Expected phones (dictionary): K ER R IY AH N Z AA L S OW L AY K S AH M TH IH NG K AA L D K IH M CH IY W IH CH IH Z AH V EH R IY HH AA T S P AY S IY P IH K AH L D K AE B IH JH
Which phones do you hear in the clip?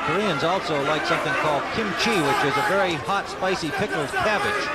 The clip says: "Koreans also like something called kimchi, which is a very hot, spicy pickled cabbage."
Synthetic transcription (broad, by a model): K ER R IY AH N Z AA L S OW L AY K S AH M TH IH NG K AA L D K IH M CH IY W IH CH IH Z AH V EH R IY HH AA T S P AY S IY P IH K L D K AE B IH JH